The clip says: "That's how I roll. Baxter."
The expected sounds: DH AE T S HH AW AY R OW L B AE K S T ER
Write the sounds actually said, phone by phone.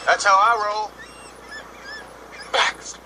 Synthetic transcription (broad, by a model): DH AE T S HH AW AY R OW L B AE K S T